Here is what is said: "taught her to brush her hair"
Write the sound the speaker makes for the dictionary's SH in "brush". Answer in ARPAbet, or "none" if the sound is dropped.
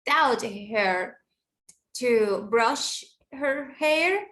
SH